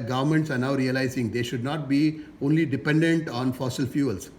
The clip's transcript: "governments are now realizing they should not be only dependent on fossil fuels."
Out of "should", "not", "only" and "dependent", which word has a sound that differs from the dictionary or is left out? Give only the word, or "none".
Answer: none